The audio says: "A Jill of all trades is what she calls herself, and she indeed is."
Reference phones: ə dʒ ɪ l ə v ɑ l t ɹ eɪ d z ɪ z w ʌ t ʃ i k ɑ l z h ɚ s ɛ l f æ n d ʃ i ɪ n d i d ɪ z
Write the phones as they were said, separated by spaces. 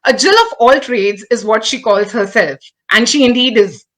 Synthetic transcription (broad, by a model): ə dʒ ɪ l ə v ɑ l t ɹ eɪ d z ɪ z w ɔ t ʃ i k ɑ l z h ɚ s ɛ l f æ n d ʃ i ɪ n d i d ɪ z